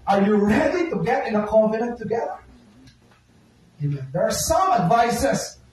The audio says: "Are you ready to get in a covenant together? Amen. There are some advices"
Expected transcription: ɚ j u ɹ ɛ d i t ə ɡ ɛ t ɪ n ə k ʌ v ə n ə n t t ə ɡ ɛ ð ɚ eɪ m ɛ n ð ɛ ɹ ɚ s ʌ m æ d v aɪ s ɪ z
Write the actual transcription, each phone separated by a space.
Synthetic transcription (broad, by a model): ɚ j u ɹ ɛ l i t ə ɡ ɛ t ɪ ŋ ə k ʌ f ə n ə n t t ə ɡ ɛ ð ɚ eɪ m ɛ n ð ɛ ɹ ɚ s ʌ m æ d v aɪ s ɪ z